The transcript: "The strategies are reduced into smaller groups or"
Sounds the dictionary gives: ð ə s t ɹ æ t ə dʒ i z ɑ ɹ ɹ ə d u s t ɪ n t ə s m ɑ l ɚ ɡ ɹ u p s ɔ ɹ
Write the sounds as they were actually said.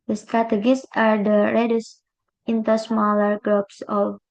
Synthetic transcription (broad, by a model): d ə s t ɹ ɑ t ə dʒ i s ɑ ɹ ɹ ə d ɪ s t ɪ n t ə s m ɑ l ɚ ɡ ɹ u p s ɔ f